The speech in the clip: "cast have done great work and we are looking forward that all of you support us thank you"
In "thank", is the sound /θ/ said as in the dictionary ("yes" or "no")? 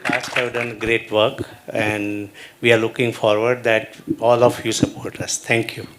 no